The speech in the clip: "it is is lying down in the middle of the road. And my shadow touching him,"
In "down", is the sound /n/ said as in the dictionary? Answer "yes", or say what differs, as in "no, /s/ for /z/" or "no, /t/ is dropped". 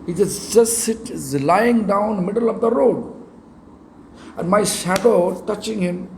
no, /n/ is dropped